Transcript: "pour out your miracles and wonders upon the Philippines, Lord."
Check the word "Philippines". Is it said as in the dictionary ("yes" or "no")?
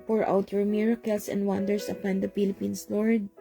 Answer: no